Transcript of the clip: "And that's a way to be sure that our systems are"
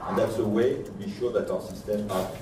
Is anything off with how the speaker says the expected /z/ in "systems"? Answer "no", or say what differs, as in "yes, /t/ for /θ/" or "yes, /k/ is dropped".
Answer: yes, /z/ is dropped